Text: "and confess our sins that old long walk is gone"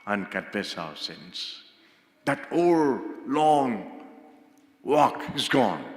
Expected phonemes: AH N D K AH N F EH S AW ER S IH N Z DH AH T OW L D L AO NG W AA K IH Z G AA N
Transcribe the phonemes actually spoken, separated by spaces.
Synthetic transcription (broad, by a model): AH N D K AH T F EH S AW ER S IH N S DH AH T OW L L AO NG W AA K IH Z G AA N